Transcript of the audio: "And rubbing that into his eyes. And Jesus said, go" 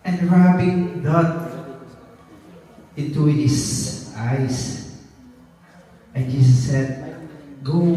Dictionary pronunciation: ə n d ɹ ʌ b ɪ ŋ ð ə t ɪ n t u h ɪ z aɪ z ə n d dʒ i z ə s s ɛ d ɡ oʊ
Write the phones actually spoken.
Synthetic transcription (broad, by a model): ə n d ɹ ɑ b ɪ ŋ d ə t ɪ n t u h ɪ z aɪ s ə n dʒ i s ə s s ɛ d ɡ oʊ